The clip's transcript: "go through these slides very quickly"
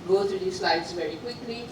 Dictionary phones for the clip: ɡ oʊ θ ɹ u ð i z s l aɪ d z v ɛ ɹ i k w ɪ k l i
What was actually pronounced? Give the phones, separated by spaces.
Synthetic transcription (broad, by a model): ɡ oʊ t ɹ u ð i s l aɪ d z v ɛ ɹ i k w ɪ k l i